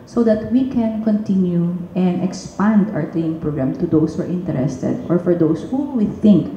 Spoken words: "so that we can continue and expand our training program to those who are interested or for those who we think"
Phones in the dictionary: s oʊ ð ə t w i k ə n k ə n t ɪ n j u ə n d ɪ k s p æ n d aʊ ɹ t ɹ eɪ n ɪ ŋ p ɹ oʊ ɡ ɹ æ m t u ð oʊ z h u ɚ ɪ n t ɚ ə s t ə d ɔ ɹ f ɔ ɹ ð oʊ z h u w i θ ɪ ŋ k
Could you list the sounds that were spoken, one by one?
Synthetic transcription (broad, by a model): s oʊ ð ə t w i k ə n k ə n t ɪ n j u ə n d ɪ k s p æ n d aʊ ɹ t l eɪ ɪ ŋ p ɹ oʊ ɡ ɹ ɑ m t u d oʊ s h u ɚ ɪ n t ɚ ə s t ə d ɔ ɹ f ɔ ɹ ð oʊ s h u w i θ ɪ ŋ k